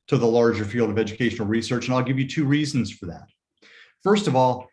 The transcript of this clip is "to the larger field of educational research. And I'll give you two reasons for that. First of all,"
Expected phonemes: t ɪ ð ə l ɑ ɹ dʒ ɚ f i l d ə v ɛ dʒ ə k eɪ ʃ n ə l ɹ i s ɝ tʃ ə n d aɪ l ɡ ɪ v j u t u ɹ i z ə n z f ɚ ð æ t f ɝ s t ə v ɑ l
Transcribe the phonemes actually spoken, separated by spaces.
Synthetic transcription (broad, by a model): t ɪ ð ə l ɑ ɹ dʒ ɚ f i l d ə v ɛ dʒ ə k eɪ ʃ n l ɹ i s ɝ tʃ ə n aɪ l ɡ ɪ v j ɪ t u ɹ i z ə n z f ɚ ð æ t f ɝ s t ə v ɑ l